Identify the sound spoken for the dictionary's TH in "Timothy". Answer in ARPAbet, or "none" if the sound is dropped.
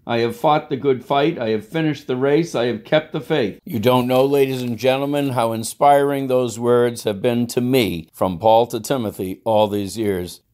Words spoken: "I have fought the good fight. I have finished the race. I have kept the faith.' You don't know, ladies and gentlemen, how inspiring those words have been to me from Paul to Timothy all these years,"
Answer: TH